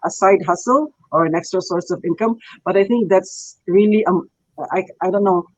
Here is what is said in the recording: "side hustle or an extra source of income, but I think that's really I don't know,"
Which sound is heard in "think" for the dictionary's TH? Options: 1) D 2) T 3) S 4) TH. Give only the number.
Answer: 2